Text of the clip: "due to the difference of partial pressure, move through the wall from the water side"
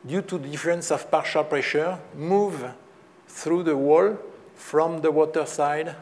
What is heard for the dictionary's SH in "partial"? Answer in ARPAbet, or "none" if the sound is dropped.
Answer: SH